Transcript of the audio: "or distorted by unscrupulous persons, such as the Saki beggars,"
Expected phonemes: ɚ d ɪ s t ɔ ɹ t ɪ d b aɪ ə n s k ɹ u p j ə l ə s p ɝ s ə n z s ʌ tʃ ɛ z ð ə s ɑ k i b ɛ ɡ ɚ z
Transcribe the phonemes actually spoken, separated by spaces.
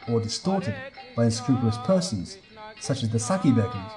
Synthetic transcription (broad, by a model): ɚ d ɪ s t ɔ ɹ t ɪ d b aɪ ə n s k ɹ u p j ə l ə s p ɝ s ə z s ʌ tʃ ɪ z ð ə s ɑ k i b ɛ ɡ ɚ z